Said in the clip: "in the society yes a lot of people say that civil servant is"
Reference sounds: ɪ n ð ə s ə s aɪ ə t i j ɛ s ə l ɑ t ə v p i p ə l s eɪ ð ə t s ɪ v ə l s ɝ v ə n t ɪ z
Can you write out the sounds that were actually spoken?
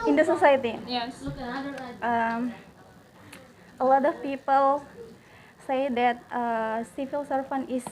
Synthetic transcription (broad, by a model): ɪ n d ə s ə s aɪ ə t i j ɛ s ə l ɑ t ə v p i p ə l s eɪ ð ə t s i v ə l s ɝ f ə n ɪ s